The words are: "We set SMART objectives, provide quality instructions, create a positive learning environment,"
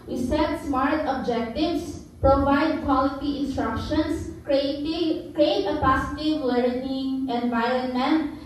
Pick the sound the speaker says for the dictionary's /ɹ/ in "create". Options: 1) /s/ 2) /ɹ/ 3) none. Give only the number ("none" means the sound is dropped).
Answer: 2